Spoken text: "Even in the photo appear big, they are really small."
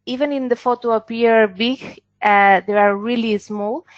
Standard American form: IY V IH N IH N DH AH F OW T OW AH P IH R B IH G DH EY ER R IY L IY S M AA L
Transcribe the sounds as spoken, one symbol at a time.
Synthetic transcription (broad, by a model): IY V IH N IH N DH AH F OW T OW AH P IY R B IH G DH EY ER R IY L IY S M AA L